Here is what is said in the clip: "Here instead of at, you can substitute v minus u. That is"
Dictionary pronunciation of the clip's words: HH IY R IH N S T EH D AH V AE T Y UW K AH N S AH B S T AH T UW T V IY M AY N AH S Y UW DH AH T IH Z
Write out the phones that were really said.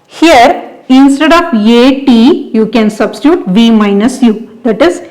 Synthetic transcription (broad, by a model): HH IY R IH N S T EH D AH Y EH T Y UW K AH N S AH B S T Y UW T V IY M AY N AH S Y UW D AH T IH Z